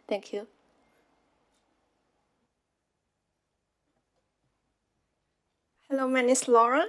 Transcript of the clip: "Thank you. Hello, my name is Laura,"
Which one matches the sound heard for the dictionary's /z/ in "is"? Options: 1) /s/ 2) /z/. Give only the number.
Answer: 1